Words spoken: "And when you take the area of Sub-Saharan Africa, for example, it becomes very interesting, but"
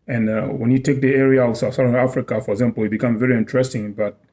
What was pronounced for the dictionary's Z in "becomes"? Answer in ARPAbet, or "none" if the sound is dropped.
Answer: none